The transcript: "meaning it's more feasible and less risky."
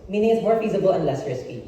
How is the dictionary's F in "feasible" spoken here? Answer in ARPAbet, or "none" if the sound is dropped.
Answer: F